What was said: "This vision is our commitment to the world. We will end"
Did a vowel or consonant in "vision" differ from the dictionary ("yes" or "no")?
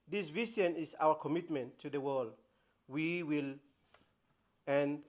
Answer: yes